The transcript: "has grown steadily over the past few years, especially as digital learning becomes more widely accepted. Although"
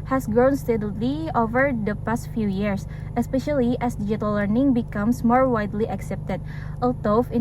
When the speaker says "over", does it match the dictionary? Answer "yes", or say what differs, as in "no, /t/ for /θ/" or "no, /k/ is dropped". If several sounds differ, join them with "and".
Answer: yes